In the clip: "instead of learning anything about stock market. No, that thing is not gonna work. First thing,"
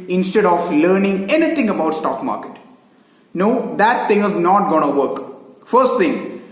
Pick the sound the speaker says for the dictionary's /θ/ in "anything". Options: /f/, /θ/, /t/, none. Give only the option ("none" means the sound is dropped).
/t/